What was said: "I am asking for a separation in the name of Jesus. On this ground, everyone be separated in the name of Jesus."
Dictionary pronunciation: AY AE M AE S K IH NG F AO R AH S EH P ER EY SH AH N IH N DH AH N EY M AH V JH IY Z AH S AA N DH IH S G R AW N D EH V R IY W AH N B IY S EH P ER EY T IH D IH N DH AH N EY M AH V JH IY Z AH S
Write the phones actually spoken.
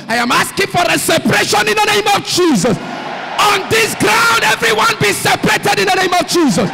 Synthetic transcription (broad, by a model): AY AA M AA S K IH NG F AO R AH S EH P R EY SH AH N IH N DH AH N EY M AH V JH IY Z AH S AA N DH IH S G R AW N D EH V R IY W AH N B IY S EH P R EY T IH D IH N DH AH N EY M AH V JH IY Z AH S